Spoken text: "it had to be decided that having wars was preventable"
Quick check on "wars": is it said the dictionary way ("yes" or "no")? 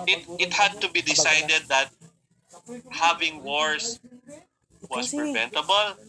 no